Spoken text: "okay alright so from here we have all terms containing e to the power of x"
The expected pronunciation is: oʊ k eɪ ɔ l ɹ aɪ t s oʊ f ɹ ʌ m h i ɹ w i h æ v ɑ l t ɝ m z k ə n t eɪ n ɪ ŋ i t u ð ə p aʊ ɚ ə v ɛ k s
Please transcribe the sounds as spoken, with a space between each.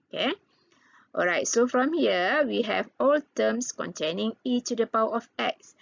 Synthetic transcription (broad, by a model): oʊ k eɪ ɔ l ɹ aɪ t s oʊ f ɹ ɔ m h i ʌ w i h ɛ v ɑ l t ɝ m s k ə n t eɪ n ɪ ŋ i t u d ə p aʊ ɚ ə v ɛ k s